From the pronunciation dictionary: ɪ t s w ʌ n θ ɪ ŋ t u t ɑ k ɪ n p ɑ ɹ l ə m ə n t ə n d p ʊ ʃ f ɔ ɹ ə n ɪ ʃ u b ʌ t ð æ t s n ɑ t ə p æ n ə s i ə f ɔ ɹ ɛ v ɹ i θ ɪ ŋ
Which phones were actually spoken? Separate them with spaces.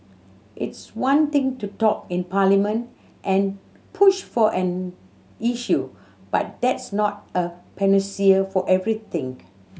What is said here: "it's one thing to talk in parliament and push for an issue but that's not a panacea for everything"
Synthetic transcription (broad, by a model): ɪ t s w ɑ n t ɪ ŋ t u t ɑ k ɪ n p ɑ l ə m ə n t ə n p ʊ ʃ f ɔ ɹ ə n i ʃ u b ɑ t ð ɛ t s n ɑ t ə p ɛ n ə s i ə f ɔ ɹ ɛ v ɹ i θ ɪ ŋ